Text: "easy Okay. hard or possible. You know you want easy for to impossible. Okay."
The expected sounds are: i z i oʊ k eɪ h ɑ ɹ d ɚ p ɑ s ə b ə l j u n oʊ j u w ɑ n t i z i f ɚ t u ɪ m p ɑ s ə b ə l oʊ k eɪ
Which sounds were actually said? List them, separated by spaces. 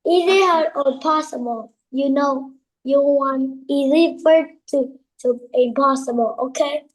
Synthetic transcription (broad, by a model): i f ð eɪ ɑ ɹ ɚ p ɑ s ə b ə l j u n oʊ j u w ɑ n i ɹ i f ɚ t u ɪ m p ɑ s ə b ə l oʊ k eɪ